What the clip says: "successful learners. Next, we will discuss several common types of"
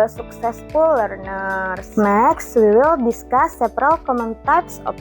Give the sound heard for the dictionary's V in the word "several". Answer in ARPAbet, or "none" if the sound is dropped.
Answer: P